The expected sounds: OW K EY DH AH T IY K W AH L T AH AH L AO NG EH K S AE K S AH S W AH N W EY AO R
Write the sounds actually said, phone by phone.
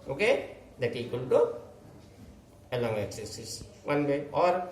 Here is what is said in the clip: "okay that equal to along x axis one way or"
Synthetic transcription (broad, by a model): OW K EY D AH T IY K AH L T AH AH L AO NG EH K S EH S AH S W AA N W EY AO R